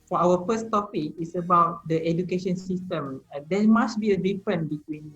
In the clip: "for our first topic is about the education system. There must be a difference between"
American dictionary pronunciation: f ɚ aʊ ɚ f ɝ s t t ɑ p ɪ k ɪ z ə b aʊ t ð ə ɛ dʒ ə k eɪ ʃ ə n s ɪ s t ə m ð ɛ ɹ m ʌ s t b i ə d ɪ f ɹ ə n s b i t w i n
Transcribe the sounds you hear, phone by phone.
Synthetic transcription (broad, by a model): f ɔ aʊ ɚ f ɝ s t t ɑ p ɪ k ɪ s ə b aʊ t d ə ɛ dʒ ə k eɪ ʃ ə n s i s t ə m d ɛ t m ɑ s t b i ə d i f ɹ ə n b i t w i n